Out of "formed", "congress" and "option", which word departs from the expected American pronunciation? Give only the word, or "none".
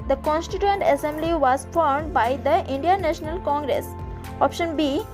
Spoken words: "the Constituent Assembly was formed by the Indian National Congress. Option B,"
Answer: none